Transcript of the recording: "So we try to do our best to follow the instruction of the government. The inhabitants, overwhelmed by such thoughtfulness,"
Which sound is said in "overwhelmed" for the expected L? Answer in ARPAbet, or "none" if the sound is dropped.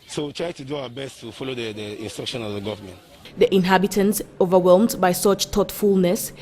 L